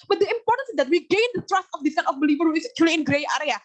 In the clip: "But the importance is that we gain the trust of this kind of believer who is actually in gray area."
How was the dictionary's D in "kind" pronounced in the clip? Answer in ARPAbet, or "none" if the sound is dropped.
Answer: none